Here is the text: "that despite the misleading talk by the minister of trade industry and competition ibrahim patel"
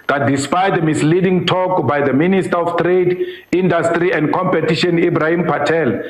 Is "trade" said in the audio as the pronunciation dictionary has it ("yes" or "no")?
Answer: yes